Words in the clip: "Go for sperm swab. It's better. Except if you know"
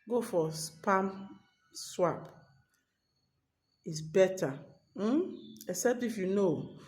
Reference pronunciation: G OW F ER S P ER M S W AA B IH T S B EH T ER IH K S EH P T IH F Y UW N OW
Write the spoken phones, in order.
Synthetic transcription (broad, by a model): G OW F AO S P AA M S W AA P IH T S B EH T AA IH K S EH P T IH F Y UW N OW